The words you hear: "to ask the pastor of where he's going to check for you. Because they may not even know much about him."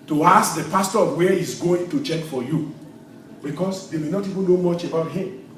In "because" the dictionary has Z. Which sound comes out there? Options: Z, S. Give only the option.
S